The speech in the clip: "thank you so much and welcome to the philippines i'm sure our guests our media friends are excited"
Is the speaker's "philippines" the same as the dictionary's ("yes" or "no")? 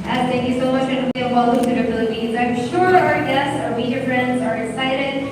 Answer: no